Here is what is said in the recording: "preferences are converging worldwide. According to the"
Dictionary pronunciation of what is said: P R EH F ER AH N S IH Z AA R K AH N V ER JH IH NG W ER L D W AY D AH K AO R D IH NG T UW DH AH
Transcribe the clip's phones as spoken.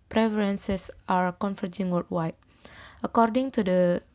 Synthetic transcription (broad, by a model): P R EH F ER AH N S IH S AA R K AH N F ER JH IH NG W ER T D W AY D AH K AO R D IH NG T UW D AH